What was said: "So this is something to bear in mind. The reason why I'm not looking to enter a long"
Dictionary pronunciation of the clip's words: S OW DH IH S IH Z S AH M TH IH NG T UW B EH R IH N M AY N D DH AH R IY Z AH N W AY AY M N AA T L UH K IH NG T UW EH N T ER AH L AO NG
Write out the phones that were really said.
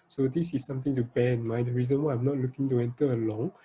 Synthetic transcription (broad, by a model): S OW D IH S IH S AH M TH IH NG T UW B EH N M AY D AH R IY Z AH N W AY AY M N AA T L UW K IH NG T UW EH N T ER AH L AO NG